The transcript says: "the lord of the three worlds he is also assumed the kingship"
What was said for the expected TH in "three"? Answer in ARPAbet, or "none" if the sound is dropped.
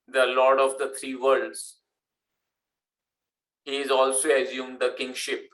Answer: T